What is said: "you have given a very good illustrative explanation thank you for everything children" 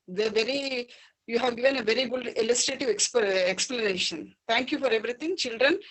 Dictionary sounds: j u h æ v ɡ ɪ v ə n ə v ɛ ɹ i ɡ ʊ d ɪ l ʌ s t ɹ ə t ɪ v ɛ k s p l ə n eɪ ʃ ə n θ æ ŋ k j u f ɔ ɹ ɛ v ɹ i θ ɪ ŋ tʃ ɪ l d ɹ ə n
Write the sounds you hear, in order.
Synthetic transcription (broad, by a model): j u h æ v ɡ ɪ v ə n ə v ɛ ɹ i ɡ ʊ d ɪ l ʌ s t ɹ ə t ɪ v ɛ k s p l ə n eɪ ʃ ə n t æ ŋ k j u f ɔ ɹ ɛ v ɹ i t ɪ ŋ tʃ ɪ l d ɹ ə n